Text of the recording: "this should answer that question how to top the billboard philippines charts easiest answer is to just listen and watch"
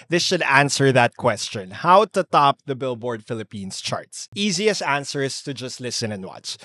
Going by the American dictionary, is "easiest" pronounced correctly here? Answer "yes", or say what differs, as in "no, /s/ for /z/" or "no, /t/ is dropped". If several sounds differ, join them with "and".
no, /t/ is dropped